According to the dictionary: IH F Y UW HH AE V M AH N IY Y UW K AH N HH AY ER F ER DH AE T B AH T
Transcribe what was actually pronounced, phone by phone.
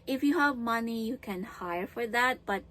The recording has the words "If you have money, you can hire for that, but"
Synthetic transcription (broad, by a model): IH F Y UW HH AE V M AH N IY Y UW K AH N HH AY ER F ER DH AE T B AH T